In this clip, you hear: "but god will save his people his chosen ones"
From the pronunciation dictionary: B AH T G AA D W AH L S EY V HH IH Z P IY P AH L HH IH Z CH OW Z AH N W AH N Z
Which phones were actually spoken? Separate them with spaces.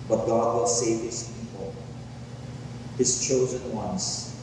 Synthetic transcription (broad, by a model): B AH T G AA D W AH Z S EY V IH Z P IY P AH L HH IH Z CH OW Z AH N W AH N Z